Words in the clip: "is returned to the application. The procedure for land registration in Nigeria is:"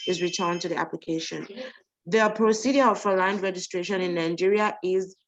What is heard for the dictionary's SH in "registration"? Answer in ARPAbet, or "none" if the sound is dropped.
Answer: SH